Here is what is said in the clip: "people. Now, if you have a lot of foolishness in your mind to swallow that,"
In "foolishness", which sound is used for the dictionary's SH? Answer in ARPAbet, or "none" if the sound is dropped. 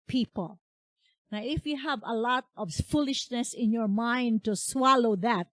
SH